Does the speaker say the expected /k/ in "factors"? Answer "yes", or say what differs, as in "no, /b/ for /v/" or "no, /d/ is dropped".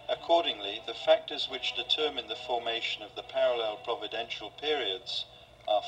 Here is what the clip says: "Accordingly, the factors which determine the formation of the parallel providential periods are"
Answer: yes